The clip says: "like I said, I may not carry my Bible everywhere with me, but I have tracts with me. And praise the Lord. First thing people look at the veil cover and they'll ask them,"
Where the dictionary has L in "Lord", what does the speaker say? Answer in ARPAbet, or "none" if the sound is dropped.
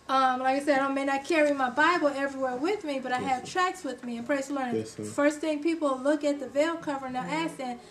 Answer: N